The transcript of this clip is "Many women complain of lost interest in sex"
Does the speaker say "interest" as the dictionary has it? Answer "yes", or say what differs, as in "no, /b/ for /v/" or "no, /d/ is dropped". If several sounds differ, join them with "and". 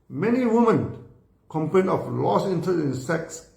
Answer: no, /ɹ/ is dropped